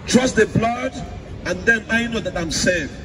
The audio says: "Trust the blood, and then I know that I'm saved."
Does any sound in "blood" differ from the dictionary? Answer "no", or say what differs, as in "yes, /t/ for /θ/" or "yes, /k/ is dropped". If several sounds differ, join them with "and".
no